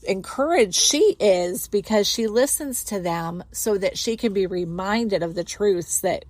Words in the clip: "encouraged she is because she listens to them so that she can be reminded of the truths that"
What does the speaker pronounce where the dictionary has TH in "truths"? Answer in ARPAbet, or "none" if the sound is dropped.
TH